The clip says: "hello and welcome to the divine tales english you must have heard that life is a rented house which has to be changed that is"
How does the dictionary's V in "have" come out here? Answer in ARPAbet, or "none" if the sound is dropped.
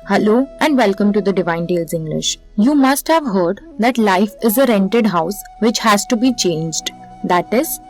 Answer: V